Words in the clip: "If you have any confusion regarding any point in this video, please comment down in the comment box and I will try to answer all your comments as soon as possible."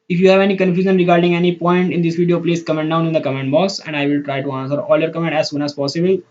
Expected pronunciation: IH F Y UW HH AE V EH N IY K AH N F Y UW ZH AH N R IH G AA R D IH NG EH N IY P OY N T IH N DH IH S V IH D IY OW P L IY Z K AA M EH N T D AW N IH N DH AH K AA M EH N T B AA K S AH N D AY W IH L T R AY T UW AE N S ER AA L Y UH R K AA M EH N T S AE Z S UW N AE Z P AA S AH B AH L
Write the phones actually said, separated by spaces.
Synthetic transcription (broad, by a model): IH F Y UW HH AE V EH N IY K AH N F Y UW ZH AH N R IH G AA R D IH NG EH N IY P OY N T IH N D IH S V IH D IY OW P L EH S K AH M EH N D AW N IH N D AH K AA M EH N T B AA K S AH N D AY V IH L T R AY T UW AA N S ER AA L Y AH R K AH M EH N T AE Z S UW N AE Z P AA S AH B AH L